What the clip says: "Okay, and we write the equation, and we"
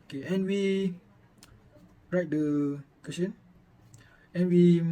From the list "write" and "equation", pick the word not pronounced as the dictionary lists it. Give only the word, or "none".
equation